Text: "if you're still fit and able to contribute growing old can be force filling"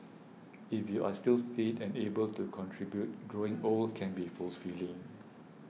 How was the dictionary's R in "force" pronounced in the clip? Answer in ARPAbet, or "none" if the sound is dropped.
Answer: L